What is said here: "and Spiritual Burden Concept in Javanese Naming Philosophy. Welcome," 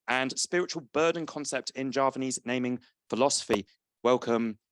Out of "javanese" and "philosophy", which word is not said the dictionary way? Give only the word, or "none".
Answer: none